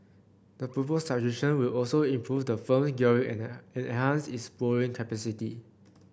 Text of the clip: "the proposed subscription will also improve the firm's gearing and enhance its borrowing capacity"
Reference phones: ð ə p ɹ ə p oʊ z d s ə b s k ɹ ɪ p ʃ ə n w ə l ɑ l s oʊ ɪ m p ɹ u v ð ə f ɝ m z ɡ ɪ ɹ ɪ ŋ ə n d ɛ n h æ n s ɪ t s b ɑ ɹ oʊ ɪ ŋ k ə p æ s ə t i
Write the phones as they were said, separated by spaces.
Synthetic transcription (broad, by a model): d ə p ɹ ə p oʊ s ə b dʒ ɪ ʃ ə n w ə l ɑ l s oʊ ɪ m p ɹ u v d ə f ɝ m s ɡ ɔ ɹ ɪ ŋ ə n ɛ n h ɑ n s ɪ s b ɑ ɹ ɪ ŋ k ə p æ s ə t i